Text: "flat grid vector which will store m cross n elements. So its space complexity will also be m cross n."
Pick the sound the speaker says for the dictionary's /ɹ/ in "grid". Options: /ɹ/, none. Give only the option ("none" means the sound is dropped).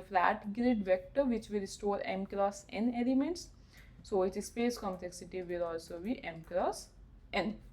/ɹ/